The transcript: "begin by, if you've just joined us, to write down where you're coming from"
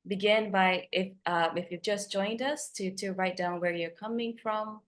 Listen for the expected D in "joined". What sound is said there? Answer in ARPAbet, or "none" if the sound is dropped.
D